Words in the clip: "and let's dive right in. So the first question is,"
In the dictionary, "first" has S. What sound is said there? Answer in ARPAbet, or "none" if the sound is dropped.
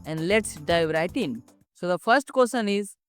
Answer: S